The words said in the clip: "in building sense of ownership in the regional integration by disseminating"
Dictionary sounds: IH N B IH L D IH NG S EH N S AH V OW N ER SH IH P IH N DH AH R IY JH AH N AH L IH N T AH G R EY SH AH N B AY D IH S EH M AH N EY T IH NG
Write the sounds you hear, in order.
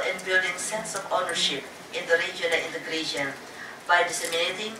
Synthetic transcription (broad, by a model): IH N B IH L D IH NG S EH N S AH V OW N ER SH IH P IH N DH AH R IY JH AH AH N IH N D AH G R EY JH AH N B AY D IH S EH M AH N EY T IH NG